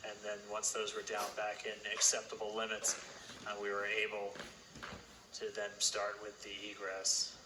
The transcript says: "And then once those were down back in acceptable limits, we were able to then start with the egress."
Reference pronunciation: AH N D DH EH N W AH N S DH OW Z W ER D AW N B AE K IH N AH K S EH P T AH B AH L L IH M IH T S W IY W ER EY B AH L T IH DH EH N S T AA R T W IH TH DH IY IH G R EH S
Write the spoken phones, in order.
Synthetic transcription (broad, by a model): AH N DH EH N W AH N S DH OW Z W ER D AW N B AE K IH N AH K S EH P T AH B L L IH M IH T S W IY W ER EY B L T IH DH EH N S T AA R T W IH DH IY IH G R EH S